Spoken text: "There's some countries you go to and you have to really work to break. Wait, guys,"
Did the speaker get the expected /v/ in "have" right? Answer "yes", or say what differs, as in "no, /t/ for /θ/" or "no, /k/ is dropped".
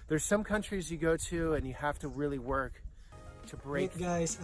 no, /f/ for /v/